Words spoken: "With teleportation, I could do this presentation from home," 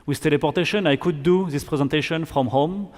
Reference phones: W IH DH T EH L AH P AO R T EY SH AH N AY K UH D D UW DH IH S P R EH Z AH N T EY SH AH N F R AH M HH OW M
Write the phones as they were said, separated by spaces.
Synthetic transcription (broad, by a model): W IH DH T EH L AH P AO R T EY SH AH N AY K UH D D UW DH IH S P R EH Z AH N T EY SH AH N F R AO M HH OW M